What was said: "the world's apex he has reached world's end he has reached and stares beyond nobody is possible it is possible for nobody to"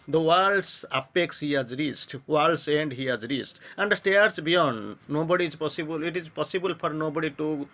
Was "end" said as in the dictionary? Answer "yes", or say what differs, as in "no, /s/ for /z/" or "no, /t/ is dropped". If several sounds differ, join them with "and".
yes